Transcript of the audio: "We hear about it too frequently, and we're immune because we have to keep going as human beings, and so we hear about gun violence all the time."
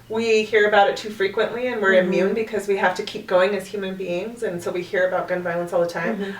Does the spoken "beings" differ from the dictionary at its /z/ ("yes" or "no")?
no